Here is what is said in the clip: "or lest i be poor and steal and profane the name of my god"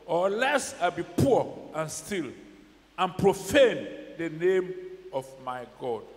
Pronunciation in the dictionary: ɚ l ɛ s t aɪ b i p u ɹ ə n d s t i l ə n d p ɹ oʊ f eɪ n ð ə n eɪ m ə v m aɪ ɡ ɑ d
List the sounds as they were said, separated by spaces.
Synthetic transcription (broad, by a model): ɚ l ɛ s aɪ b i p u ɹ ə n s t i l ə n p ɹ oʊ f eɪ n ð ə n eɪ m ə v m aɪ ɡ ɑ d